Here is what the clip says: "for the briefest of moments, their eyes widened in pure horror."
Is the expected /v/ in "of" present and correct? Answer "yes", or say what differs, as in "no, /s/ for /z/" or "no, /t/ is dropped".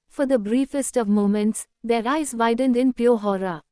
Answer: yes